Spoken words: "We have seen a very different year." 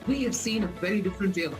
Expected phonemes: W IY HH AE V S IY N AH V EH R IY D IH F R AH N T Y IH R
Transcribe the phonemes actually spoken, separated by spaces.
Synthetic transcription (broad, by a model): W IY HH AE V S IY N AH V EH R IY D IH F R AH N T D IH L